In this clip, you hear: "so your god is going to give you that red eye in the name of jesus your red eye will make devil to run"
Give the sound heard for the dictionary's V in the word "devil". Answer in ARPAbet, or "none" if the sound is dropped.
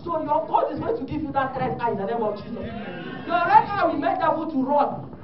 B